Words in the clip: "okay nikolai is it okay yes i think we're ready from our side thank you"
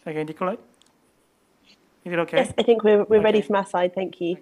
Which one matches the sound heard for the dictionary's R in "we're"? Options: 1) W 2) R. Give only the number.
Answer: 1